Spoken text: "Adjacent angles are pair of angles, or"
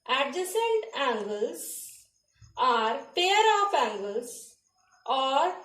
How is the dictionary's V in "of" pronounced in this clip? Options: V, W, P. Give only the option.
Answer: P